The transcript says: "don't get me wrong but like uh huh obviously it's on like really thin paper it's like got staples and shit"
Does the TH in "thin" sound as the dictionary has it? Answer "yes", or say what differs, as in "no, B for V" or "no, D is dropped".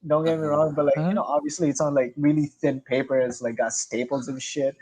yes